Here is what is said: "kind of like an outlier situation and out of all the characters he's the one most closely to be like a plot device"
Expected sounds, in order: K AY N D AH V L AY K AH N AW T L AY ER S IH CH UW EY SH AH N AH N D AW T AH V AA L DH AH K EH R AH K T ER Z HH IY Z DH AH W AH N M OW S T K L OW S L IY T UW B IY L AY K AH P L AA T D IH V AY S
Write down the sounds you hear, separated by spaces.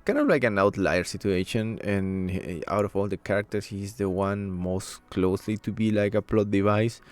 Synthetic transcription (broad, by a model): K AY N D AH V L AY K AH N AW T L AY ER S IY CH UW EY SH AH N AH N AW T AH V AA L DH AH K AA R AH K T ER S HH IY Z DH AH W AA N M OW S T K L OW S L IY T UW B IY L AY K AH P L AA T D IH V AY S